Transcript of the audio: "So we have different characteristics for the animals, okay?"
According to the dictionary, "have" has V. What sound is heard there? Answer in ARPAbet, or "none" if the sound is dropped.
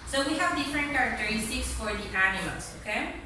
V